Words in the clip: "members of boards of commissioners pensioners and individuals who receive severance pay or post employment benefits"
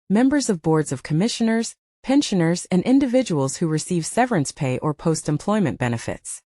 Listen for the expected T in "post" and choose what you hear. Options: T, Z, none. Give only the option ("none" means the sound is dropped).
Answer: T